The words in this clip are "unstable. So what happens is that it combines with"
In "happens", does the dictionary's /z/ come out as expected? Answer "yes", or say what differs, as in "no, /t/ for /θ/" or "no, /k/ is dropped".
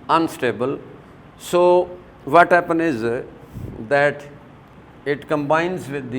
no, /z/ is dropped